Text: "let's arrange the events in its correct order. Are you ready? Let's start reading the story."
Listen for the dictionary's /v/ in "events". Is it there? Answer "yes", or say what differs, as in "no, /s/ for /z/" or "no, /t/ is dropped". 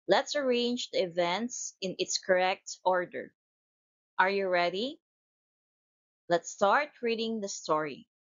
yes